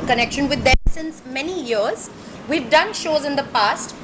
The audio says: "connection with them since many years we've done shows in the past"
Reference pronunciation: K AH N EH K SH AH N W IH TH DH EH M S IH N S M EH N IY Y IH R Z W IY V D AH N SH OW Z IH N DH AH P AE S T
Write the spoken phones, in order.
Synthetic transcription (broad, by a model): K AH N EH K SH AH N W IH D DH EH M S IH N S M EH N IY Y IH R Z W IY V D AH N SH OW Z IH N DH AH P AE S T